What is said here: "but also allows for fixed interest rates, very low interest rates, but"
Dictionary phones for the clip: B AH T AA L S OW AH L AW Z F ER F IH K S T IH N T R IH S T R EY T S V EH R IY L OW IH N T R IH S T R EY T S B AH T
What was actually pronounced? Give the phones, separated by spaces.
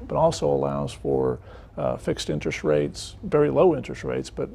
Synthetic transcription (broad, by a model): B AH T AA L S OW AH L AW Z F ER F IH K S T IH N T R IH S T R EY T S V EH R IY L OW IH N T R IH S T R EY T S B AH T